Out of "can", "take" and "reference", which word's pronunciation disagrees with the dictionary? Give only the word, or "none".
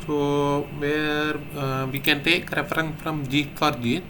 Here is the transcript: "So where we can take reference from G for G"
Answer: reference